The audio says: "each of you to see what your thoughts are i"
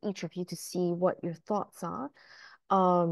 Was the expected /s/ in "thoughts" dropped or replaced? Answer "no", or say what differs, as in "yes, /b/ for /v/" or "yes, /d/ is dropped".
no